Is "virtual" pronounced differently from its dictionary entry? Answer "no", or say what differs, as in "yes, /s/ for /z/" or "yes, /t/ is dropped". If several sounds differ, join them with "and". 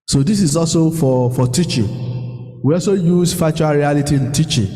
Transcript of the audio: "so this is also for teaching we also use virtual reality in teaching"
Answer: yes, /f/ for /v/